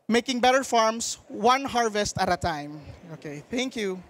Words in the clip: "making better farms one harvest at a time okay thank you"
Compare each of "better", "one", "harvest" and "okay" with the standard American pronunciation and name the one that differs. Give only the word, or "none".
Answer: none